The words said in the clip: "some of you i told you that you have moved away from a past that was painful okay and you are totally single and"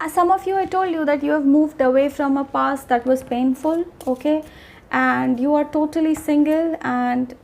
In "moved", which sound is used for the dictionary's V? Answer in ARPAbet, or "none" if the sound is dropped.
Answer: V